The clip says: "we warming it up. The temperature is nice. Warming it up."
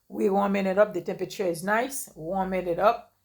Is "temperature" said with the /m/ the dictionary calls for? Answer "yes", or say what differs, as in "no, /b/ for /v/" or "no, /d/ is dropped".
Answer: yes